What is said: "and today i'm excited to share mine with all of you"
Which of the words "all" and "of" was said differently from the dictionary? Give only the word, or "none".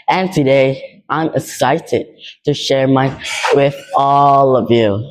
none